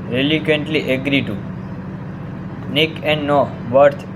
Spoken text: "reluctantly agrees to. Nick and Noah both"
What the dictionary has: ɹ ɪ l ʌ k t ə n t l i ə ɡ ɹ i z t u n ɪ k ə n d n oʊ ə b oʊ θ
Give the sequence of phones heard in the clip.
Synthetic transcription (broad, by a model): ɹ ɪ l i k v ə n t l i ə ɡ ɹ i t u n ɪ k ə n d n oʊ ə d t